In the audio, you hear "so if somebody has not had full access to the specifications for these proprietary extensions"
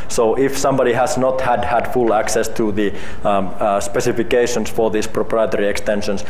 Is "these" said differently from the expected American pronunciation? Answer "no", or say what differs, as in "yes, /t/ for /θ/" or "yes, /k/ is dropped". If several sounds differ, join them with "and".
yes, /s/ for /z/